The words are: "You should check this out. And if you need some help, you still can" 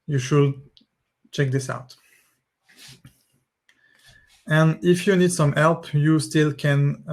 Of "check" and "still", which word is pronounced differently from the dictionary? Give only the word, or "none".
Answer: none